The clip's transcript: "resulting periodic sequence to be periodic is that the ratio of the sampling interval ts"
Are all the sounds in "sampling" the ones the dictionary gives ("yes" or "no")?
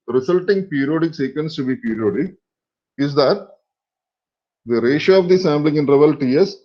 no